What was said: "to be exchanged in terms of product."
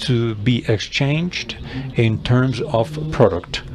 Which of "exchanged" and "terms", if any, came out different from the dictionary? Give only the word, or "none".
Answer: none